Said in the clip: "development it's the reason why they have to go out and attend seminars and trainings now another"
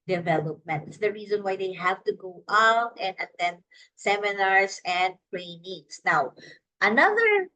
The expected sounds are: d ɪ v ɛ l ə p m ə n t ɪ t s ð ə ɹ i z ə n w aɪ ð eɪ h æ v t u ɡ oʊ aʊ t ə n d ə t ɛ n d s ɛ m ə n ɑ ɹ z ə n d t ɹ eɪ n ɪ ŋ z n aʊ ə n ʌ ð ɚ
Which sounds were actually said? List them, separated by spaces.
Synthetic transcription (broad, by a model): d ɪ v ɛ l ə p m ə n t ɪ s ð ə ɹ i z ə n w aɪ ð eɪ h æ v t u ɡ oʊ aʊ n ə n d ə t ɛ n s ɛ m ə n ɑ ɹ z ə n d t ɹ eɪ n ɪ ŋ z n aʊ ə n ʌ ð ɚ